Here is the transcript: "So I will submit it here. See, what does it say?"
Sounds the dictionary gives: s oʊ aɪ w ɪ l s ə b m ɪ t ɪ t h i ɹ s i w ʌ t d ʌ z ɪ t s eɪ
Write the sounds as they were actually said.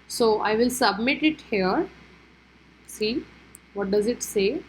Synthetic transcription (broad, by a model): s oʊ aɪ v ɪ l s ə b m ɪ t ɪ t h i ɹ s i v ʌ t d ʌ z ɪ t s eɪ